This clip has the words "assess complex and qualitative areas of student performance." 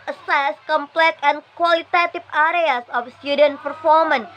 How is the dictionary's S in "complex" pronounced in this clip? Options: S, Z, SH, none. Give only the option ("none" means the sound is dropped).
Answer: none